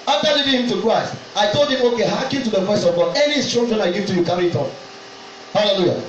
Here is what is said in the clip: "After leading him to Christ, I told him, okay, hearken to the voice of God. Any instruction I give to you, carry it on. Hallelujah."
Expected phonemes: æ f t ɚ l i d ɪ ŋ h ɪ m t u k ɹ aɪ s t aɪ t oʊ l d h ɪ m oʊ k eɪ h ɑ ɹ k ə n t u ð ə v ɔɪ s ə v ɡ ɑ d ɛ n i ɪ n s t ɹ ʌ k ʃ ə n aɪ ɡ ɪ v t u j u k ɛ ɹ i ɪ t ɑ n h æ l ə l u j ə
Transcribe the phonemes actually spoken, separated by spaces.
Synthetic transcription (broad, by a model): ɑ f t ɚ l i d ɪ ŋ h ɪ m t u k ɹ aɪ s t aɪ t oʊ l d h ɪ m oʊ k eɪ h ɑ k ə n t u ð ə v ɔɪ s ə v ɡ ɑ d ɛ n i s t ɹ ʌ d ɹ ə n aɪ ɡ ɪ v t u j u k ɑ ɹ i ɪ t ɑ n h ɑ l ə l u j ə